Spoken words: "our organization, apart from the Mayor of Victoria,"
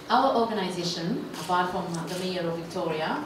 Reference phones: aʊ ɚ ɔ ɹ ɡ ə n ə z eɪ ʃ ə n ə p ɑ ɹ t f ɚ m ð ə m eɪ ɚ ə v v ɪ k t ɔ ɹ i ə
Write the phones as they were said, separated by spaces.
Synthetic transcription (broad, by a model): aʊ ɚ ɔ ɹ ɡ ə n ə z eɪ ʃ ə n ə b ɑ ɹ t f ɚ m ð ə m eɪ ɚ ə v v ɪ k t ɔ ɹ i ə